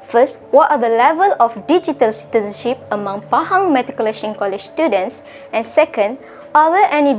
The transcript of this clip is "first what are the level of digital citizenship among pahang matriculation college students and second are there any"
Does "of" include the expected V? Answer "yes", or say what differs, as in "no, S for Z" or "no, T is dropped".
no, F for V